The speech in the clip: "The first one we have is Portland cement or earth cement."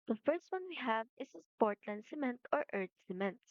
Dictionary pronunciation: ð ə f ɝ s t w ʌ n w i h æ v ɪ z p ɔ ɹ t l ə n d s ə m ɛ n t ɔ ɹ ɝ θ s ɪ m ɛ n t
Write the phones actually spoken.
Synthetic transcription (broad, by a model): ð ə f ɝ s t w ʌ n w i h æ v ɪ s p ɔ ɹ t l ə n d s ə m ɛ n t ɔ ɹ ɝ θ s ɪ m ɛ n t